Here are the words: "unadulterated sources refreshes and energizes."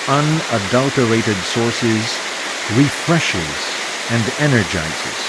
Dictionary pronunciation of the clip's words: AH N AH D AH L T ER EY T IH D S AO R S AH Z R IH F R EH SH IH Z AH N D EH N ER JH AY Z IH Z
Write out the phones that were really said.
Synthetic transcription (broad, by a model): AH N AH D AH L T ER EY T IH D S AO R S AH Z R IH F R EH SH IH Z AH N D EH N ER JH AY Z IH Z